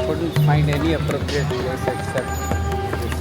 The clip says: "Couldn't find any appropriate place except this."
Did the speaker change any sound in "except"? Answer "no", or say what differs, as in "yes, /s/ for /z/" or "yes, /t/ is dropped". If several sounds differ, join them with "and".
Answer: yes, /p/ is dropped